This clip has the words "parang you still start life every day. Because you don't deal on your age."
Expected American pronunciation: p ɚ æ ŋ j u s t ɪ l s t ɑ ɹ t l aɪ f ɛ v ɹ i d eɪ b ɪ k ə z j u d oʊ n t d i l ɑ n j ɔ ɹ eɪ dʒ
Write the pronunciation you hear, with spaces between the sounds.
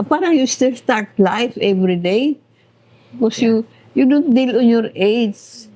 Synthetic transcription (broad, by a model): p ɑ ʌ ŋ j u s t ɪ l s t ɑ ɹ t l aɪ f ɛ v ɹ i d eɪ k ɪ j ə j u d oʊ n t d i l ɑ n j ɔ ɹ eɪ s